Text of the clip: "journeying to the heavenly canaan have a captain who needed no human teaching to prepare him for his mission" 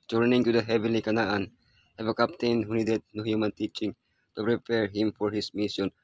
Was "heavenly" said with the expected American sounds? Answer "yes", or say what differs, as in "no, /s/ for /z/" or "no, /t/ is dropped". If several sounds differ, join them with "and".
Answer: no, /n/ is dropped